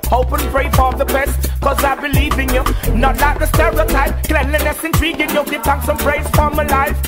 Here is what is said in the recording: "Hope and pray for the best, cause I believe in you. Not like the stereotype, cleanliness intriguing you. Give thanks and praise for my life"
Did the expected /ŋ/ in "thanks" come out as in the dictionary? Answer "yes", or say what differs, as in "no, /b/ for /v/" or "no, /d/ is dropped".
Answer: no, /ŋ/ is dropped